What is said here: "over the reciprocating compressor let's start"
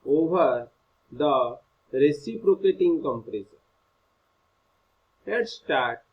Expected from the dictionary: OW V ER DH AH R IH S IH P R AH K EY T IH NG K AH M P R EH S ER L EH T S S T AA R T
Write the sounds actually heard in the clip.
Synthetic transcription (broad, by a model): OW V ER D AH R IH S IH P R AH K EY T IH NG K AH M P R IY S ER N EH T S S T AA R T